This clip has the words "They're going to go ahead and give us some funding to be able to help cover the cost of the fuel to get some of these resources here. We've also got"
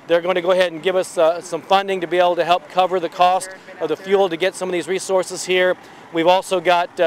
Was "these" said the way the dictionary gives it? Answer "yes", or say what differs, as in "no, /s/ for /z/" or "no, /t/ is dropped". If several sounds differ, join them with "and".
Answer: yes